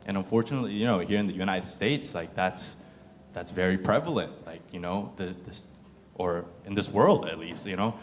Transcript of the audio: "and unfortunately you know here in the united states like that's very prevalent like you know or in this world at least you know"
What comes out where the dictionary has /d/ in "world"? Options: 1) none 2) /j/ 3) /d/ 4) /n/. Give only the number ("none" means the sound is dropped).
3